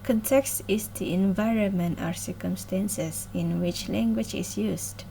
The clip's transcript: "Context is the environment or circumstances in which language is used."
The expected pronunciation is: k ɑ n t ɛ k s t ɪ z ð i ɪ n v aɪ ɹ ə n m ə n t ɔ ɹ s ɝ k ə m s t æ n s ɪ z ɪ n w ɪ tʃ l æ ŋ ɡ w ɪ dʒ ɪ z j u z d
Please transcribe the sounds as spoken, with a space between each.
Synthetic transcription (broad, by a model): k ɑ n t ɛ k s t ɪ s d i ɪ n v aɪ ɹ ə n m ə n t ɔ ɹ s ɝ k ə m s t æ n s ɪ s ɪ n w ɪ tʃ l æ ŋ ɡ w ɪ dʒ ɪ s j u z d